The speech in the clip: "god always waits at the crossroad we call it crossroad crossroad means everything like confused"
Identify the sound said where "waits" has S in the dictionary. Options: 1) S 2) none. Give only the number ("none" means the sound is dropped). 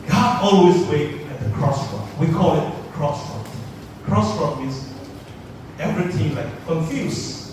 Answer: 2